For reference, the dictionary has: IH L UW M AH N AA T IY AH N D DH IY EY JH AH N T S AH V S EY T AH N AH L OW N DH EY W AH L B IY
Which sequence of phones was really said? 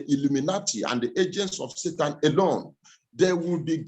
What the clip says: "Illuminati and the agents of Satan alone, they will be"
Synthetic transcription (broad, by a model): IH L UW M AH N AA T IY AH N D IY EY JH AH N T S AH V S EY T AH N AH L OW N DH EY W AH L B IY